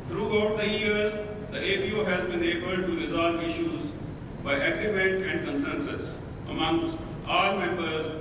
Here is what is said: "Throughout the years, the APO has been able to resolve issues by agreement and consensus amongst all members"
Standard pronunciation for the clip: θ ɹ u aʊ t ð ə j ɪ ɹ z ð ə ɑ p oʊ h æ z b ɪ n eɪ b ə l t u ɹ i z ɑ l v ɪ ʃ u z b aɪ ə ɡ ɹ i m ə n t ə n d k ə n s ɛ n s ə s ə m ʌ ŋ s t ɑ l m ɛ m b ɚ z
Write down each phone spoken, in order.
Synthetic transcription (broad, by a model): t ɹ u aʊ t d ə j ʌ ɹ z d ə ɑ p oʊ h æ z b ɪ n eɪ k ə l t u ɹ i z ɑ l v ɪ ʃ u z b aɪ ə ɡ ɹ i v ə t ə n d k ə n s ɛ n s ə s ə m ʌ ŋ s t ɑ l m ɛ m b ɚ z